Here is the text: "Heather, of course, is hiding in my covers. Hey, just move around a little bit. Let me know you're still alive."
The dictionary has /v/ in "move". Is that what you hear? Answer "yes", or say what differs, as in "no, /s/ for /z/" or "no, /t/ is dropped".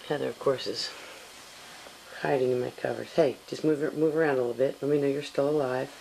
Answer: yes